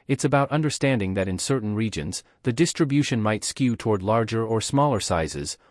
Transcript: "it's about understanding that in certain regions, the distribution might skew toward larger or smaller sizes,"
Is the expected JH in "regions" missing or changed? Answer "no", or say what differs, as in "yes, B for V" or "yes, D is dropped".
no